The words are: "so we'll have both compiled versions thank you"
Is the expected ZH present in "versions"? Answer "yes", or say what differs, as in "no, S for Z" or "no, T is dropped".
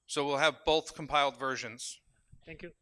yes